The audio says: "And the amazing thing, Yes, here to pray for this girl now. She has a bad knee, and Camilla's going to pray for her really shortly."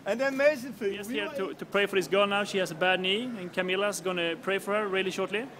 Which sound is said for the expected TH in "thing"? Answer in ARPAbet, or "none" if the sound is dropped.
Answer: F